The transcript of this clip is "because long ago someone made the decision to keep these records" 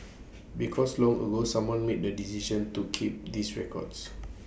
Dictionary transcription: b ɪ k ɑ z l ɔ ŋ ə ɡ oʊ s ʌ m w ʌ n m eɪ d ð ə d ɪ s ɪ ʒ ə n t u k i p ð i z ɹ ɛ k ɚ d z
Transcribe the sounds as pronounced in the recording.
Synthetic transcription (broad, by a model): b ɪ k ɑ s l ɔ ŋ ə ɡ oʊ s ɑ m w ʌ n m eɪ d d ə d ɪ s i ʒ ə n t u k i p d i s ɹ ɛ k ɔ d s